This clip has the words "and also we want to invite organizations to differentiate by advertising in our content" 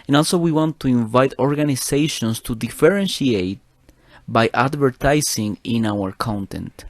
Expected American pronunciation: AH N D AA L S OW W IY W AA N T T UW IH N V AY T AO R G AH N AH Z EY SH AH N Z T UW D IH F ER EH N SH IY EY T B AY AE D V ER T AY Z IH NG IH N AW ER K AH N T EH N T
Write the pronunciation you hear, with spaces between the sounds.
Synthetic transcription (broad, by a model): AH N AA L S OW W IY W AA N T T UW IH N V AY T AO R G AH N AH S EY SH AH N S T UW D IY F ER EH N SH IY EY T B AY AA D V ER T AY S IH NG IH N AW ER K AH N T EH N T